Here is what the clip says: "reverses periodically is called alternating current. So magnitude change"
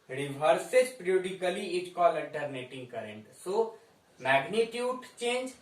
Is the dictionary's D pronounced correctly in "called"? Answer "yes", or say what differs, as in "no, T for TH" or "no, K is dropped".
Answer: no, D is dropped